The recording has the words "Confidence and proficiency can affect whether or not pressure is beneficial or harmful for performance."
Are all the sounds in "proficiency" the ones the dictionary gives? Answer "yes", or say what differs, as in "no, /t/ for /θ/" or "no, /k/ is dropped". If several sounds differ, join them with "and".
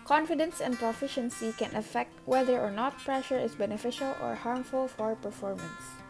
yes